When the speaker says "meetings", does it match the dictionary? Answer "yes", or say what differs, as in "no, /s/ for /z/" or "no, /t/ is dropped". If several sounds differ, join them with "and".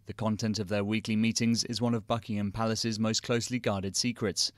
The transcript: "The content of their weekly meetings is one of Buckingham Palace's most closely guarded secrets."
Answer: yes